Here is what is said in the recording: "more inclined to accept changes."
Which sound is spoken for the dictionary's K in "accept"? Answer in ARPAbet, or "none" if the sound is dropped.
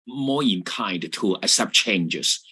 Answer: none